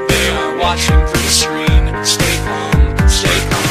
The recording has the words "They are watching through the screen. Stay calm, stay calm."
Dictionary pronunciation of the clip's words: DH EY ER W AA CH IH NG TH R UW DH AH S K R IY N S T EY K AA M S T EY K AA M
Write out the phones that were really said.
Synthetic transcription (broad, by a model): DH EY ER W AA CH IH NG F R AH DH AH S K R IY N S T EY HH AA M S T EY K